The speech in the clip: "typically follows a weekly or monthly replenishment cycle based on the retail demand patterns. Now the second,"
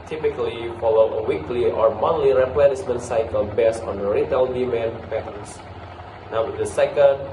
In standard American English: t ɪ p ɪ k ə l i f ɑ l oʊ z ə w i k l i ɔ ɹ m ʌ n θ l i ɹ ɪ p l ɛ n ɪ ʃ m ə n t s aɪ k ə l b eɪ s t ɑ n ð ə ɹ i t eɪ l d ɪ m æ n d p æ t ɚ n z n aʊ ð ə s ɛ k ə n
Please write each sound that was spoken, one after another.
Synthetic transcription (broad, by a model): t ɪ p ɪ k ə l i f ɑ l oʊ ə w i k l i ɔ ɹ m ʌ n l i ɹ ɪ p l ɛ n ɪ s m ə n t s aɪ k ə l b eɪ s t ɑ n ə ɹ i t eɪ l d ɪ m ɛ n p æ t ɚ n s n aʊ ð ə s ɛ k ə n